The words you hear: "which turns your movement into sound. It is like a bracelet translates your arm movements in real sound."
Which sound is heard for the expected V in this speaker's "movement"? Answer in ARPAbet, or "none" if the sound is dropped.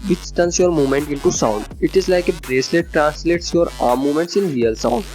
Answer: none